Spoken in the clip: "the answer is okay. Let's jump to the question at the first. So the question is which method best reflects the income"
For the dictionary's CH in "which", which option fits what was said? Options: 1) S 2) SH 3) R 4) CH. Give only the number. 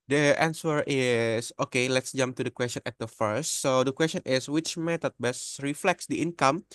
4